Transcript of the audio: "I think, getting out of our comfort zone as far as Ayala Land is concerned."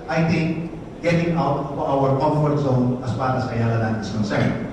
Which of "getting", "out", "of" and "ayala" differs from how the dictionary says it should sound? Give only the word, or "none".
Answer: of